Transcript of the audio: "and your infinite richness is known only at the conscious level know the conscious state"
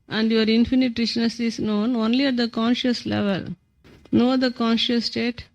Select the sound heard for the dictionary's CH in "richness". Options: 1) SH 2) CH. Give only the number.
1